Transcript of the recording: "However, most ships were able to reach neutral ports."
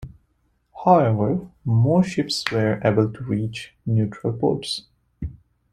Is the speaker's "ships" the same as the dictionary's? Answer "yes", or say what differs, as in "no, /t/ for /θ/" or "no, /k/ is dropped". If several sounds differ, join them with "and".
yes